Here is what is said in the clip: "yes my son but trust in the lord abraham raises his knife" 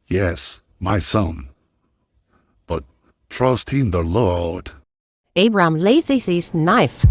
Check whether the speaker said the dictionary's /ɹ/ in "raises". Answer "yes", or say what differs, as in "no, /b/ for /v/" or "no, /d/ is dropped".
no, /l/ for /ɹ/